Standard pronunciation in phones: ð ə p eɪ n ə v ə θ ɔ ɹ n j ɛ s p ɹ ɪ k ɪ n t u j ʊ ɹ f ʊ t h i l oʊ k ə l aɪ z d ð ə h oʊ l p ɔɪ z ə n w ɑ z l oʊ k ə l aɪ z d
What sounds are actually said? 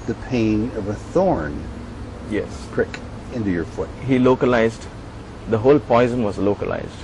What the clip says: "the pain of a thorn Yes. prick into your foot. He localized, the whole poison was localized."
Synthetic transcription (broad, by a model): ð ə p eɪ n ə v ə θ ɔ ɹ n j ɛ s p ɹ ɪ k ɪ n t u j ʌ ɹ f ʊ t h i l oʊ k ə l aɪ z d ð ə h oʊ l p ɔɪ z ə n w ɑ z l oʊ k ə l aɪ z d